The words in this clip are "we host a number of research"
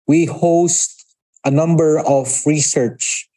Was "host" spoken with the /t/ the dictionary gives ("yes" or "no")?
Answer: yes